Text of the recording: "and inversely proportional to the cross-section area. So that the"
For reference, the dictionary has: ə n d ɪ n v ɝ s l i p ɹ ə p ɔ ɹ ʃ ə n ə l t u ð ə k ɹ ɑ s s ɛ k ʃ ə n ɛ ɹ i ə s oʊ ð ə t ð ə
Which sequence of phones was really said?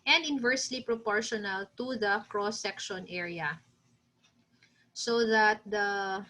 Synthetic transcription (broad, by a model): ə n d ɪ n v ɝ s l i p ɹ ə p ɔ ɹ ʃ ə n ə l t u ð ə k ɹ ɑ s s ɛ k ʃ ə n ɛ ɹ i ə s oʊ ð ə t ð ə